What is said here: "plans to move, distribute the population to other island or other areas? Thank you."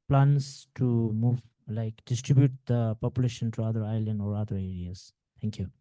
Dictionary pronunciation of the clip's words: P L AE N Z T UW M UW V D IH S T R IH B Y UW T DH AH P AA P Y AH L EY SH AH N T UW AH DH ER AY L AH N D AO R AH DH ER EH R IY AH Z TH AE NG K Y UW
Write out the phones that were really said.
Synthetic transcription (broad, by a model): P L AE N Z T UW M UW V D IH S T R IH B Y UW T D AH P AA P Y AH L EY SH AH N T UW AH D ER AY L AH N D AO R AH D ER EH R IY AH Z T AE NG K Y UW